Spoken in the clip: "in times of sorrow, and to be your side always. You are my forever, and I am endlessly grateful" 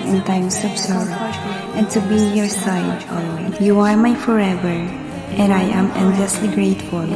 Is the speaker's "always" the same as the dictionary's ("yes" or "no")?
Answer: no